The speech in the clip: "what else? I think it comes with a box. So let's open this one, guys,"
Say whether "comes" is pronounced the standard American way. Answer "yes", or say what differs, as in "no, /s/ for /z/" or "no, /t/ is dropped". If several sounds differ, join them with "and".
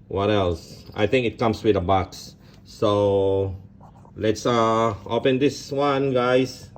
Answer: no, /s/ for /z/